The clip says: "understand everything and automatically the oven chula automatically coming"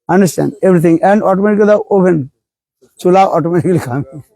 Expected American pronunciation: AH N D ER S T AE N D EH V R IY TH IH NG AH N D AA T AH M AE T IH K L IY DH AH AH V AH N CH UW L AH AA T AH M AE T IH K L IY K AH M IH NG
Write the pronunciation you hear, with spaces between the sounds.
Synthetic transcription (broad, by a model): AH N D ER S T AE N D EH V R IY T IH NG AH N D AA T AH M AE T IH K L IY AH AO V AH N CH UW L AH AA T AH M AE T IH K L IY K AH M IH